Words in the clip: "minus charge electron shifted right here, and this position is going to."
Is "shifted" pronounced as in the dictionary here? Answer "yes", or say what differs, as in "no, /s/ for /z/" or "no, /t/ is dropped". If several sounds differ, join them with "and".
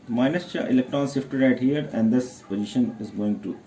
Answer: no, /s/ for /ʃ/